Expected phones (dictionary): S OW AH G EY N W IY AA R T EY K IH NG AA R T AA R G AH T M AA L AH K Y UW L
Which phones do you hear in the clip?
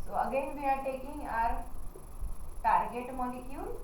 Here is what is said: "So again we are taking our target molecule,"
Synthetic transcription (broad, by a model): S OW AH G EY N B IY AA R T EY K IH NG AA R T AA R G AH T M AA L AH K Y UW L